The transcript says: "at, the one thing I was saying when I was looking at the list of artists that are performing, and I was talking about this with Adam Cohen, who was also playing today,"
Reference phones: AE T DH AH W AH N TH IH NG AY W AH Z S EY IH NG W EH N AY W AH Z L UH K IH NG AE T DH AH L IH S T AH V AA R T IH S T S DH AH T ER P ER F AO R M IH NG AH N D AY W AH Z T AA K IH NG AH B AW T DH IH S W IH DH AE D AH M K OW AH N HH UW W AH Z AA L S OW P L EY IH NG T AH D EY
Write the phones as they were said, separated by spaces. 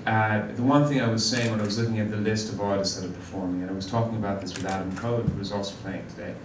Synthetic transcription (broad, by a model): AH DH AH W AH N TH IH NG AY W AH Z S EY IH NG W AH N AY W AH Z L UH K IH NG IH T DH AH L IH S T AH V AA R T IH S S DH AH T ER P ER F AO R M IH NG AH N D AY W AH Z T AA K IH NG AH B AW T DH IH S W IH DH AE D AH M K OW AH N HH UW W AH Z AA L S OW P L EY IH NG T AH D EY